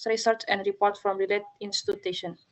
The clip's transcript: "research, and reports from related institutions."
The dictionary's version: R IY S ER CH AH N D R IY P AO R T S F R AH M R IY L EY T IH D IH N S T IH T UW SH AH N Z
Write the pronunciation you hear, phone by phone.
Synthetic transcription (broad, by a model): R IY S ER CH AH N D R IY P AO R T F R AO M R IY L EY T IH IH N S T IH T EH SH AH N